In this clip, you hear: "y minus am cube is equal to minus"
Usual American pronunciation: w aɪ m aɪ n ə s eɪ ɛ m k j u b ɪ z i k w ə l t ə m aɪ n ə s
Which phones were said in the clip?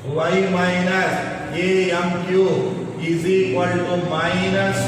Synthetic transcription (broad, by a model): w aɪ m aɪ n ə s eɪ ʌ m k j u ɪ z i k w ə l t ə m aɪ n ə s